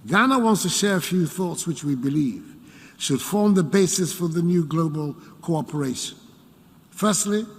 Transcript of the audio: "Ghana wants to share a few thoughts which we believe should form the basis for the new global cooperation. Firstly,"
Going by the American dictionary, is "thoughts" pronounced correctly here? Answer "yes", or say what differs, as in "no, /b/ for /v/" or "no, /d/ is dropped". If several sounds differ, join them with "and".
yes